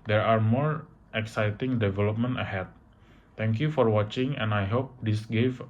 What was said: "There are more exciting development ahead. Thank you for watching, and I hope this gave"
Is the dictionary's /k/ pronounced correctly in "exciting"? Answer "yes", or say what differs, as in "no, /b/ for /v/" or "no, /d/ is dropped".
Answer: yes